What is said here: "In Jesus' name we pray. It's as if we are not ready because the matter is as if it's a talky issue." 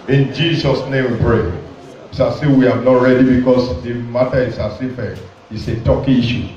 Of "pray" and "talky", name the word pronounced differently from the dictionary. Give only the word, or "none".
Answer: none